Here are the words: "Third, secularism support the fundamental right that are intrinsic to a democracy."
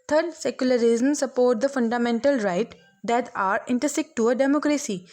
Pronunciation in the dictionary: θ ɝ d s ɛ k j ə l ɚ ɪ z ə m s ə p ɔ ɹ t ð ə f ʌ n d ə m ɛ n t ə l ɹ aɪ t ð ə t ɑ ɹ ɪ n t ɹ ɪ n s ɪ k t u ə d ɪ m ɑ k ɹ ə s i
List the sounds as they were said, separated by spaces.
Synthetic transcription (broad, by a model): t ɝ d s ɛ k j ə l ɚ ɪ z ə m s ə p ɔ ɹ t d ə f ʌ n d ə m ɛ n t ə l ɹ aɪ t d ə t ɑ ɹ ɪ n t ʌ s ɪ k t u ə d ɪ m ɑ k ɹ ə s i